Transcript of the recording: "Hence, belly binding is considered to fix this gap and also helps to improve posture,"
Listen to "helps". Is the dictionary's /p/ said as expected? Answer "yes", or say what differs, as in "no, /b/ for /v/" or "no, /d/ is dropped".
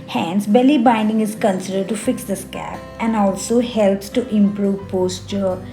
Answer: yes